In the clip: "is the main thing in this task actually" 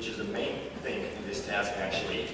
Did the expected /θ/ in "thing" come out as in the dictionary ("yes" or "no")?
yes